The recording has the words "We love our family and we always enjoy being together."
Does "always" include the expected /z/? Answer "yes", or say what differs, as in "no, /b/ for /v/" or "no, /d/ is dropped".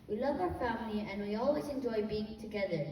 yes